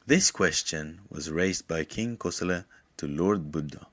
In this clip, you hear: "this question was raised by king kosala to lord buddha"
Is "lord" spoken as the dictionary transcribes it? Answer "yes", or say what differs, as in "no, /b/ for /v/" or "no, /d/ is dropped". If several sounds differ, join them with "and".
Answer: yes